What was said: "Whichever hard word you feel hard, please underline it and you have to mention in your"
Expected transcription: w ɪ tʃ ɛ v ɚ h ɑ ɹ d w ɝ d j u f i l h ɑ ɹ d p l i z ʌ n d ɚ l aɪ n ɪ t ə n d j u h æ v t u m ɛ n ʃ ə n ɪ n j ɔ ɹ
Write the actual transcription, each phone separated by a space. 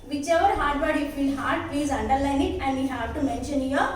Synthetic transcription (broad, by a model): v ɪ tʃ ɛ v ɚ h ɑ ɹ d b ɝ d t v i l h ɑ ɹ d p i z ʌ n d ɚ l aɪ n ɪ t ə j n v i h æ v t u m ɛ n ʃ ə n n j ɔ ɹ